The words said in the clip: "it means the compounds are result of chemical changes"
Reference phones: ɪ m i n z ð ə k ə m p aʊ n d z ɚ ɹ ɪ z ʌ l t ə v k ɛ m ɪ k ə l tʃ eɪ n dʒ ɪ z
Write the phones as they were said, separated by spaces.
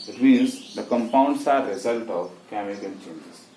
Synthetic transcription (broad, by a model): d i l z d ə k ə m p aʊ n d s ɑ ɹ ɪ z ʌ l t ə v k ɛ m ɪ k ə l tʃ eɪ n dʒ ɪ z